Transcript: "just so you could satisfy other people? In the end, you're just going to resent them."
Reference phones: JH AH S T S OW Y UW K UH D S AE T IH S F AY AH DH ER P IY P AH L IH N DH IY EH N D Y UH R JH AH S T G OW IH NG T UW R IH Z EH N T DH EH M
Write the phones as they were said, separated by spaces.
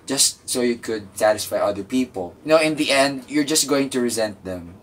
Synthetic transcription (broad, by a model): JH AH S T S OW Y UW K UH D S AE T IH S F AY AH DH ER P IY P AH L IH N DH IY EH N D Y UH R JH AH S T G OW IH NG T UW R IH Z EH N T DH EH M